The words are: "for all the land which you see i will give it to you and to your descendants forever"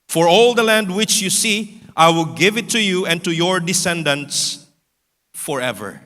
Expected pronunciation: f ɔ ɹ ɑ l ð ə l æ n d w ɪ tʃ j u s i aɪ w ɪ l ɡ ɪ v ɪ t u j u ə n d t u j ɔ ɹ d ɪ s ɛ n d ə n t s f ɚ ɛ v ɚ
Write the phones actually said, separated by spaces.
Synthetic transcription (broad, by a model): f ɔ ɹ ɑ l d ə l æ n d w ɪ tʃ j u s i aɪ w ɪ l ɡ ɪ v ɪ t u j u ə n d t u j ɔ ɹ d ɪ s ɛ n d ə n t s f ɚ ɛ v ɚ